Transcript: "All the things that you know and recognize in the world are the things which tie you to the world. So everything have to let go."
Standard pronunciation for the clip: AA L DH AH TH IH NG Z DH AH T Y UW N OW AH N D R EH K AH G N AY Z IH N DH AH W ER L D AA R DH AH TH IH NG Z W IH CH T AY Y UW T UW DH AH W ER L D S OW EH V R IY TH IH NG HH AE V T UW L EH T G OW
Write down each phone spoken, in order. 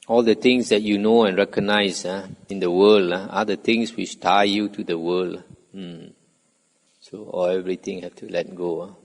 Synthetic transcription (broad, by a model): AA L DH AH T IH NG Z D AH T Y UW N OW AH N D R EH K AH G N AY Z IH N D AH W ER L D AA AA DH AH T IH NG S W IH CH T AY Y UW T UW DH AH W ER L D S OW EH V R IY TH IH NG HH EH F T UW L EH T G OW